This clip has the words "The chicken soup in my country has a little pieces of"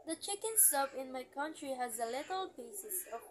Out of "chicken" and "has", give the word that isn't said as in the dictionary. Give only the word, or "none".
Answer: none